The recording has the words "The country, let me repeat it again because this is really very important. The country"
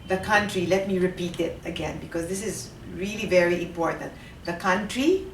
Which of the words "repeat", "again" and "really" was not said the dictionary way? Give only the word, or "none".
none